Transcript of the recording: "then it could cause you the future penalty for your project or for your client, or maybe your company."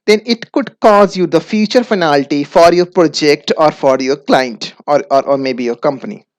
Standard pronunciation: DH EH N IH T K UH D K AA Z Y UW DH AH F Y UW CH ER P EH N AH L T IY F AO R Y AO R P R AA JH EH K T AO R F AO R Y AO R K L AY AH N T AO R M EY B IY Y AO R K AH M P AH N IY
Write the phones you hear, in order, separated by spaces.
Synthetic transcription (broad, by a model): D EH N IH T K UH D K AA Z Y UW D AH F Y UW CH ER F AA N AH L T IY F AO R Y AO R P R AA JH EH K T AO R F AO R Y AO R K L AY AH N T AO R M EY B IY Y AO R K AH M P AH N IY